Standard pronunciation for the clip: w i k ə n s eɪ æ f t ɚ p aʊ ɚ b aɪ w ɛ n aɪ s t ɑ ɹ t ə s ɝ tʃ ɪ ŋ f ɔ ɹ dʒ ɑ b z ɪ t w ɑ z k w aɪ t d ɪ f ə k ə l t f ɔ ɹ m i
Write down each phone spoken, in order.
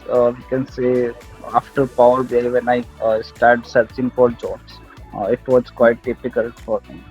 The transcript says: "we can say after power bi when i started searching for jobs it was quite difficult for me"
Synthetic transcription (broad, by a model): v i k ə n s eɪ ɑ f t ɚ p aʊ ɚ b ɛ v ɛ n aɪ s t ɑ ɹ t s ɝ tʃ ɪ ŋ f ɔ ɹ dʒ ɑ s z ɪ t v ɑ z k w aɪ t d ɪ p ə k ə l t f ɔ ɹ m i